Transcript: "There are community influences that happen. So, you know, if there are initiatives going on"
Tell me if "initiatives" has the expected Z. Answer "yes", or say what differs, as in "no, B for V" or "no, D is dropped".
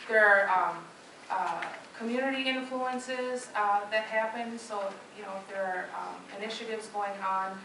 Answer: yes